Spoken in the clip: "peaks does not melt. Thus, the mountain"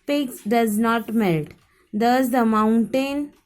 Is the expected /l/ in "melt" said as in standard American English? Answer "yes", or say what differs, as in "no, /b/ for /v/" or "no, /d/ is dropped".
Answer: yes